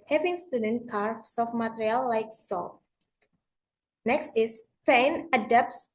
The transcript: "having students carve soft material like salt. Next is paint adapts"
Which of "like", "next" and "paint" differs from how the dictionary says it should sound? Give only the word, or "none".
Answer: paint